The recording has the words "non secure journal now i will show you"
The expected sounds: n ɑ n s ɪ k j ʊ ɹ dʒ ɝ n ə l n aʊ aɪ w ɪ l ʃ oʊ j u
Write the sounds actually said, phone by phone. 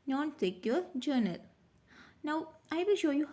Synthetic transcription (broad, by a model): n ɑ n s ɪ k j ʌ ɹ dʒ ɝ n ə l n aʊ aɪ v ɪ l ʃ oʊ j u